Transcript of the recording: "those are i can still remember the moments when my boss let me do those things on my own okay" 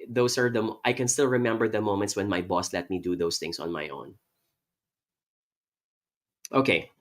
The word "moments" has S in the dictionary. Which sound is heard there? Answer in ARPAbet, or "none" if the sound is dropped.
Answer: S